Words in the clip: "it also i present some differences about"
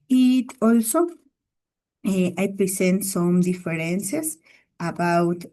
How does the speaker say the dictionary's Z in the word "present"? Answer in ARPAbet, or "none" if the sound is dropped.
S